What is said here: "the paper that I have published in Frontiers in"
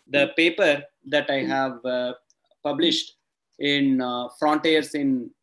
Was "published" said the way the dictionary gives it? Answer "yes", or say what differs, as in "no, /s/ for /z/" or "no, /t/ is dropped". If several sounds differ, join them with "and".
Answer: yes